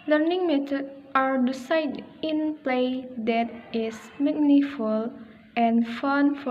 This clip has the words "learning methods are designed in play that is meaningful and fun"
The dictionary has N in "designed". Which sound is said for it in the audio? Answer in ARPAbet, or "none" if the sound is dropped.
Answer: none